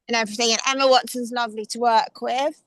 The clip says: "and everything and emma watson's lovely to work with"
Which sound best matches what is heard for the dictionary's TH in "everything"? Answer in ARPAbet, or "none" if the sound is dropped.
TH